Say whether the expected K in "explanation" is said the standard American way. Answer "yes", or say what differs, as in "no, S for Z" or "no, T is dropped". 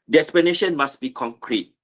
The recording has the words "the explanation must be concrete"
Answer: no, K is dropped